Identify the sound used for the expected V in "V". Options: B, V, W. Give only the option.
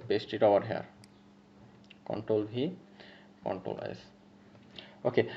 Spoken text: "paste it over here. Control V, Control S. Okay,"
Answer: B